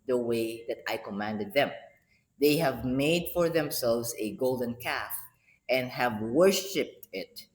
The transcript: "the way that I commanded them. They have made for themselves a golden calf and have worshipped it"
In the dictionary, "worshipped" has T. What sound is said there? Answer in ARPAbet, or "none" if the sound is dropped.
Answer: T